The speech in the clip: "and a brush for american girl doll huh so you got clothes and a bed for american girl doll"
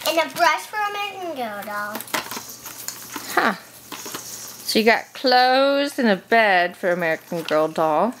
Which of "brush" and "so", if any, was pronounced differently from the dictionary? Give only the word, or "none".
so